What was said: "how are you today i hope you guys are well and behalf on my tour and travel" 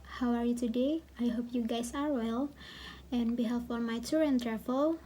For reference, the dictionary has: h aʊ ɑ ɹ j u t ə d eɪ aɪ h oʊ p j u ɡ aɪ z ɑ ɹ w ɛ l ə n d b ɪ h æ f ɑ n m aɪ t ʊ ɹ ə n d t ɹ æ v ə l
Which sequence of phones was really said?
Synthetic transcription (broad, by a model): h aʊ ɑ ɹ j u t ə d eɪ aɪ h oʊ p j u ɡ aɪ s ɑ ɹ w ɛ l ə n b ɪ h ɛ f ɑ l m aɪ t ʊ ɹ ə n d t ɹ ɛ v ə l